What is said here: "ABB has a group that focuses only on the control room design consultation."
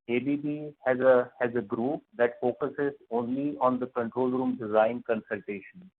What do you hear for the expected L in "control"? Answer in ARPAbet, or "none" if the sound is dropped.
L